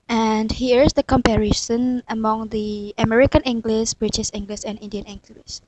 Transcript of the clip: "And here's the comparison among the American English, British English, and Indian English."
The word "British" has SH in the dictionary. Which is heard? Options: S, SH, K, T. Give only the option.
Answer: S